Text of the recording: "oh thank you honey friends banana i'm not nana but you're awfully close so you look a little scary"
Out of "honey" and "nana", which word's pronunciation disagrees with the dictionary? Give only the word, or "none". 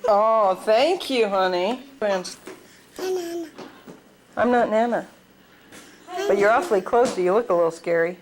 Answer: none